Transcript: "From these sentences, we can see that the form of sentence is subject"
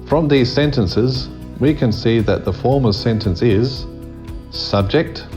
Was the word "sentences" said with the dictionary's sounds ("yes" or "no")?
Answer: yes